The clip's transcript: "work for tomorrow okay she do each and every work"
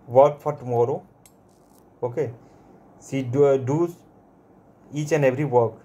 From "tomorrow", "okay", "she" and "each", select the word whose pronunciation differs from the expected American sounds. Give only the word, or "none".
she